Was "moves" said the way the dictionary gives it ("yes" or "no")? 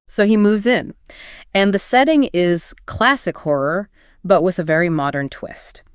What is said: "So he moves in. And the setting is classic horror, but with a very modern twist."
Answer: yes